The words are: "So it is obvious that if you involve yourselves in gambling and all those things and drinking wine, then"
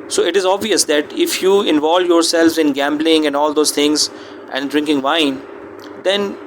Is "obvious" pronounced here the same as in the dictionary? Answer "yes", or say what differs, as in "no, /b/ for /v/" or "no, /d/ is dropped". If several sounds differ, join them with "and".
yes